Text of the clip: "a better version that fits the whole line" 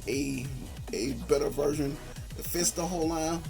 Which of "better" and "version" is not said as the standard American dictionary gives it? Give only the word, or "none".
none